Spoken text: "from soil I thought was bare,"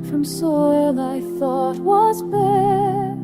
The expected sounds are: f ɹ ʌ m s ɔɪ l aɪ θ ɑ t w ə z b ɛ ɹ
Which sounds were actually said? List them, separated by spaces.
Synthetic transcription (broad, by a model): f ɹ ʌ m s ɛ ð aɪ θ ɑ t w ə z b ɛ